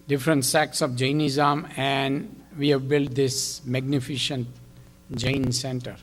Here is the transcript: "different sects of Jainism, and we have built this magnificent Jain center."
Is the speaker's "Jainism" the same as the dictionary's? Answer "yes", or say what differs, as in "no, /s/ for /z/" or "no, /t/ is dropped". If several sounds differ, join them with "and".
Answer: yes